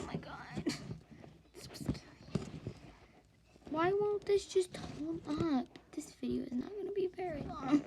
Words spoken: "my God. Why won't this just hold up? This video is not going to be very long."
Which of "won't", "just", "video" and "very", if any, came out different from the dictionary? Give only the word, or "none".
video